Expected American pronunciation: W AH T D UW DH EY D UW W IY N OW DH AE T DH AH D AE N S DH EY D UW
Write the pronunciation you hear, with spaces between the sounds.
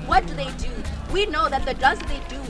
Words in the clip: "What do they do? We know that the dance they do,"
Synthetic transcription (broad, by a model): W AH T D UW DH EY D UW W IY N OW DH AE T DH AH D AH S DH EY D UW